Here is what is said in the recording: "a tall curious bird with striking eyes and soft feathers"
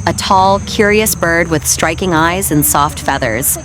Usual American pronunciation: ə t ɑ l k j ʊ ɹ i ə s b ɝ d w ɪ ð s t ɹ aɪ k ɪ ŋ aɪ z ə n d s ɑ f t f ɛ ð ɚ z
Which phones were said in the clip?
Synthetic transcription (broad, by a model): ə t ɑ l k j ʊ ɹ i ə s b ɝ d w ɪ ð s t ɹ aɪ k ɪ ŋ aɪ z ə n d s ɑ f t f ɛ ð ɚ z